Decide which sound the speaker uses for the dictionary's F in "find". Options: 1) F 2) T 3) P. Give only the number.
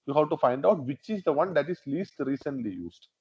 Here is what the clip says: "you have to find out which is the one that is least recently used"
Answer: 1